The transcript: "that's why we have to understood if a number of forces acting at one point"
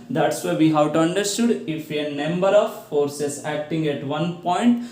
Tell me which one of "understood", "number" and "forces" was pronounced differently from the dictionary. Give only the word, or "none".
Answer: forces